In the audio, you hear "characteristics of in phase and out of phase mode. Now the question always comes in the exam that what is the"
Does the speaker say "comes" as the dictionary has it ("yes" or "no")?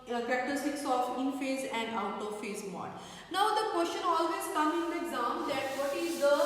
no